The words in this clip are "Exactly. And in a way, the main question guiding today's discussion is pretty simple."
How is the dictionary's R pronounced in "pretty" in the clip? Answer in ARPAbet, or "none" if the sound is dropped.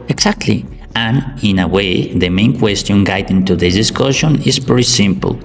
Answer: none